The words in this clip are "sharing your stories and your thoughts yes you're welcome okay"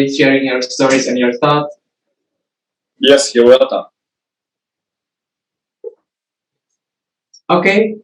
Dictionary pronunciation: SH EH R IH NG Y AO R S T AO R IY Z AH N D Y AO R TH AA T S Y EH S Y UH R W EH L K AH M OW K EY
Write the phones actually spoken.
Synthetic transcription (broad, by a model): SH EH R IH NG Y AO R S T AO R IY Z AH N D Y AO R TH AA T Y EH S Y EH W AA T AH OW K EY